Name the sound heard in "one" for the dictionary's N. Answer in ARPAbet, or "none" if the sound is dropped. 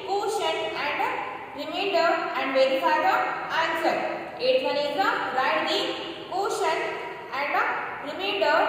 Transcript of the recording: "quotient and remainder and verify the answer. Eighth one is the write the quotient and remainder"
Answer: L